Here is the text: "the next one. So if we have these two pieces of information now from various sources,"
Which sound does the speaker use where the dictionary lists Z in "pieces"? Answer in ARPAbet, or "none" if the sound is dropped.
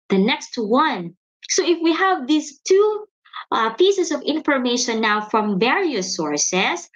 S